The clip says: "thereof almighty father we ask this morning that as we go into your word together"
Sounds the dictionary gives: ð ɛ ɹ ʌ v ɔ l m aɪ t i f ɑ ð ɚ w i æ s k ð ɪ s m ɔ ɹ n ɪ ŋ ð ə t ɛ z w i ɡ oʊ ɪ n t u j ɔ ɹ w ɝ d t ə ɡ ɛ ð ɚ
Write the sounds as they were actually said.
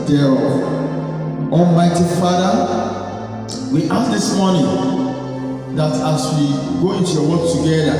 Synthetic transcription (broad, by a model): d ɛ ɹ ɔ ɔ m aɪ t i f ɑ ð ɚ w i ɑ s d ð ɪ s m ɔ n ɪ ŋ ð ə t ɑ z w i ɡ oʊ ɪ n t u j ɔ w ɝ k t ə ɡ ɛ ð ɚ